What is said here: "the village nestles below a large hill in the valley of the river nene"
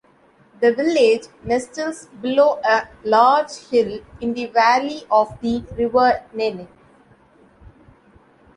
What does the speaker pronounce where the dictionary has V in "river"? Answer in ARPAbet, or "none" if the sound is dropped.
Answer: V